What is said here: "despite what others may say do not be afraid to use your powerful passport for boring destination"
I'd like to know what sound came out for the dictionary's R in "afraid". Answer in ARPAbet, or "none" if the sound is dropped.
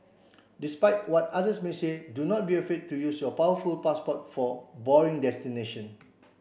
none